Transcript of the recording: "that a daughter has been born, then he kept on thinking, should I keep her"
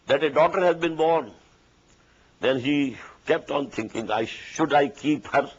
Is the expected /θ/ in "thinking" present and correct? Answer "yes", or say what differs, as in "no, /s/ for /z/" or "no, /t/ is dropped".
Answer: no, /t/ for /θ/